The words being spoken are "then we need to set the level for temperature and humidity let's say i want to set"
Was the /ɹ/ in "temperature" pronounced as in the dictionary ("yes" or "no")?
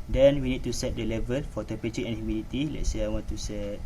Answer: no